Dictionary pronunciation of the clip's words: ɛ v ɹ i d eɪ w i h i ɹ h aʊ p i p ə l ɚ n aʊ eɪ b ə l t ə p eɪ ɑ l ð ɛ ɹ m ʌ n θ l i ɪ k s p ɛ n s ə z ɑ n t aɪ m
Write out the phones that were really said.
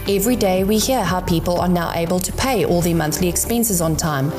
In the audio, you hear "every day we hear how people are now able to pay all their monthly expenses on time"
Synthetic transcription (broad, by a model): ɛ v ɹ i d eɪ w i h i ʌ h aʊ p i p ə l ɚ n aʊ eɪ b ə l t ə p eɪ ɑ l ð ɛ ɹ m ʌ n θ l i ɪ k s p ɛ n s ə z ɑ n t aɪ m